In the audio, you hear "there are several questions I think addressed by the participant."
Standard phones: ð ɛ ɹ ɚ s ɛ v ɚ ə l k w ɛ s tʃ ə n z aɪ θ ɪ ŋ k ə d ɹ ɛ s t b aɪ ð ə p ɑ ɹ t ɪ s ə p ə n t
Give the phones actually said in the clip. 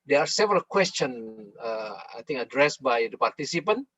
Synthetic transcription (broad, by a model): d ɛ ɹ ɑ s ɛ v ɚ ə l k w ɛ s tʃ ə n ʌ aɪ t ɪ ŋ ə d ɹ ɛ s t b aɪ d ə p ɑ ɹ t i s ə p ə n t